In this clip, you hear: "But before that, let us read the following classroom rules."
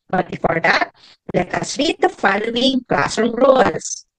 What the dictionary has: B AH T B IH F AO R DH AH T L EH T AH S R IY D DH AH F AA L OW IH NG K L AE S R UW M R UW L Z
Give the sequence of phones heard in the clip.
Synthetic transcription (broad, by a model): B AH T B IH F AO R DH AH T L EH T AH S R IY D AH F AA L OW IH NG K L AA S AO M R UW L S